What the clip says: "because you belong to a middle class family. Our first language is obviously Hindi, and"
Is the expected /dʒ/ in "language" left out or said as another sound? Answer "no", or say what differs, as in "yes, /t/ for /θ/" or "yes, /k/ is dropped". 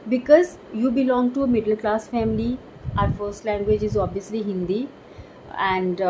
no